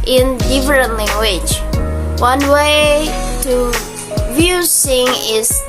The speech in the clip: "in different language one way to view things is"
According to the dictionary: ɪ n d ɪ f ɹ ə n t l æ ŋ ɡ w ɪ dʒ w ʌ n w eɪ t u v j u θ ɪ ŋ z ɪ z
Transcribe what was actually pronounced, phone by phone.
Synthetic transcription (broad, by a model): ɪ n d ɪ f ɹ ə n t l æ ŋ ɡ w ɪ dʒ w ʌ n w eɪ t u v j u s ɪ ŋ ɪ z